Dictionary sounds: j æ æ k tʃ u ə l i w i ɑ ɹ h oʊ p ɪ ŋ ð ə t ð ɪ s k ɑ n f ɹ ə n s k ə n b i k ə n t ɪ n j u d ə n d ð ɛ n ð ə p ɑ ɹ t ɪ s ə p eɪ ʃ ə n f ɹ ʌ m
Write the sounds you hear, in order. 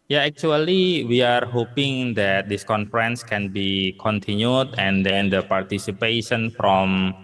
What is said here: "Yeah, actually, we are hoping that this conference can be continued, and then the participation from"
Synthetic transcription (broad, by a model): j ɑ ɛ k tʃ u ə l i w i ɑ ɹ h oʊ p ɪ ŋ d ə t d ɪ s k ɑ n f ɹ ə n s k ə n b i k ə n t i n j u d ə n d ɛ n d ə p ɑ ɹ t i s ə p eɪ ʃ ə n f ɹ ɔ m